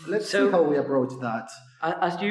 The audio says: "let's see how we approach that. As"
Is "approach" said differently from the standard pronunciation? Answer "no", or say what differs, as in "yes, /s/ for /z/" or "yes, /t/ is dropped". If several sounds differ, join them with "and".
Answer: yes, /b/ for /p/